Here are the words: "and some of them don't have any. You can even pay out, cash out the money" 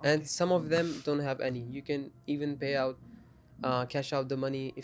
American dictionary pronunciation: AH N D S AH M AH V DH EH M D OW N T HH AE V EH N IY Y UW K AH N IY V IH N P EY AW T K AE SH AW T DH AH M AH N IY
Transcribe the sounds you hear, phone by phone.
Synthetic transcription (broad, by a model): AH N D S AH M AH V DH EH M D OW N T HH AE V EH N IY Y UW K AH N IY V IH N P EY AW T K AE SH AW T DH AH M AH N IY